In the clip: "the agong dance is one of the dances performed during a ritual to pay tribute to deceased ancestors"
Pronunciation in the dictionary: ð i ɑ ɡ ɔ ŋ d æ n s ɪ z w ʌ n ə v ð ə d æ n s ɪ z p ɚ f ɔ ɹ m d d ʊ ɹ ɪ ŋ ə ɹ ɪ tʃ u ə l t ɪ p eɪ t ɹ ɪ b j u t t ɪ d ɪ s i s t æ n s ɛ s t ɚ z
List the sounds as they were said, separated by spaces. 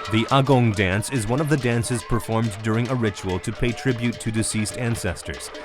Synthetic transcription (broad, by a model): ð i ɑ ɡ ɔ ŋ d æ n s ɪ z w ʌ n ə v ð ə d æ n s ɪ z p ɚ f ɔ ɹ m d d ʊ ɹ ɪ ŋ ə ɹ ɪ tʃ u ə l t ɪ p eɪ t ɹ ɪ b j u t t ɪ d ɪ s i s t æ n s ɛ s t ɚ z